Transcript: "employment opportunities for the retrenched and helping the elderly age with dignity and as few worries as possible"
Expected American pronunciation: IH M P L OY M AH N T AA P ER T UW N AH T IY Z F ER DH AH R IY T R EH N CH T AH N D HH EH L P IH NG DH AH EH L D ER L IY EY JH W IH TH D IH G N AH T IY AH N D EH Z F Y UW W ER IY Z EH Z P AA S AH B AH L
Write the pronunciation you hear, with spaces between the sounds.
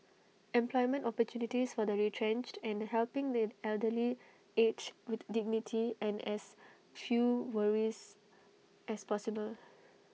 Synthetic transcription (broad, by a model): IH M P L OY M AH N T AA P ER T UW N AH T IY S F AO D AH R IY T R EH N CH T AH N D HH EH L P IH NG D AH EH L D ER L IY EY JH W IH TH D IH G N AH T IY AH N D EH S F Y UW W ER IY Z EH S P AA S AH B AH L